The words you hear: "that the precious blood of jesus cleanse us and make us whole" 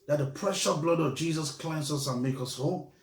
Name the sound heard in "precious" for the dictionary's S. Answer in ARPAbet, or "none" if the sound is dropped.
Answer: none